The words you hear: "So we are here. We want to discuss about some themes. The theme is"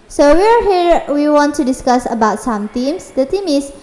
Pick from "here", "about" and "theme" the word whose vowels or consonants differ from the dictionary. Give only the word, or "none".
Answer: theme